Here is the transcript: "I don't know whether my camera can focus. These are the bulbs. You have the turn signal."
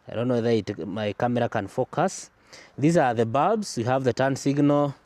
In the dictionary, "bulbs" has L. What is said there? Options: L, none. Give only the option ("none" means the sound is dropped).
none